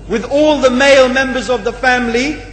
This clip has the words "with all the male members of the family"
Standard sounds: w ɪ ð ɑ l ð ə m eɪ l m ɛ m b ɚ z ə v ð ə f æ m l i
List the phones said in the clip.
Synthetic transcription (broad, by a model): w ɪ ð ɑ l ð ə m eɪ l m ɛ m b ɚ z ə v ð ə f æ m l i